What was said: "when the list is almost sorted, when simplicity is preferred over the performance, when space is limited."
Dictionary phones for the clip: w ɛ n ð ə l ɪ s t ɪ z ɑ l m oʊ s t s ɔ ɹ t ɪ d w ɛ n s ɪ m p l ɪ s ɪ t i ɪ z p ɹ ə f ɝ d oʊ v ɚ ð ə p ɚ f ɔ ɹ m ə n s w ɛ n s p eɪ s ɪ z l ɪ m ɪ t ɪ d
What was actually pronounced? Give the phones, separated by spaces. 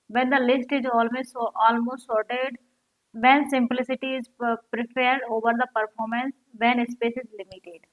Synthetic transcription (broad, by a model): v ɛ n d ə l ɪ s t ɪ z ɑ l m oʊ s t s ɔ ɹ t ɪ d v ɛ n s ɪ m p l ɪ s ɪ t i ɪ z p ɹ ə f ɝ d oʊ v ɚ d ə p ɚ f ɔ ɹ m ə n s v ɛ n s p eɪ s ɪ z l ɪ m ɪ t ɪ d